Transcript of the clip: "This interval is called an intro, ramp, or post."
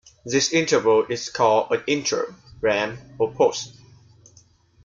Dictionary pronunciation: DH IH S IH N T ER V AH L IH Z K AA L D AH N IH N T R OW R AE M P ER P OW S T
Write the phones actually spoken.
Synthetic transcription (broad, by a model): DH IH S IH N T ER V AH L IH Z K AA L D AH N IH N T R OW R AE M ER P OW S T